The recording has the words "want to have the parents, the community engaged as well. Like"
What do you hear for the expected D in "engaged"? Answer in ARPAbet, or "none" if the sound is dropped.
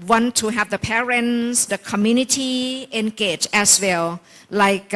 none